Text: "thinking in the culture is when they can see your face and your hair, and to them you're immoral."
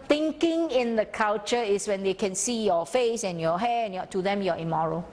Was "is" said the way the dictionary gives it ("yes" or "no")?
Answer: no